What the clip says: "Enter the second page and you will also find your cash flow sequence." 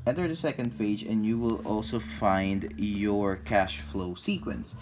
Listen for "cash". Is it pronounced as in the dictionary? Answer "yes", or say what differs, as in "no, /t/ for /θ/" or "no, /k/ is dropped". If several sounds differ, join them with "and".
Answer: yes